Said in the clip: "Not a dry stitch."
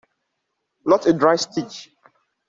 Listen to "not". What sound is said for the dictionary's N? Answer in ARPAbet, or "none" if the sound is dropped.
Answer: L